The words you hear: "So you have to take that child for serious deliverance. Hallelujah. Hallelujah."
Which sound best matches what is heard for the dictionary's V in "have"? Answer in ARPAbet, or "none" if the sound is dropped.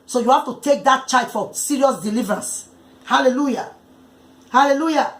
F